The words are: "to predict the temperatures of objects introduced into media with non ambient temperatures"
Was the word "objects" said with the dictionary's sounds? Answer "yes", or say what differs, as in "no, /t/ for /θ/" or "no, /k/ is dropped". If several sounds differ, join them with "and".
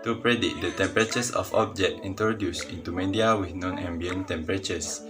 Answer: no, /s/ is dropped